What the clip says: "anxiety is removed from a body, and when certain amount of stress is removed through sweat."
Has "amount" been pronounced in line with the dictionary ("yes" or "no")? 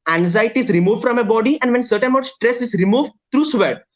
no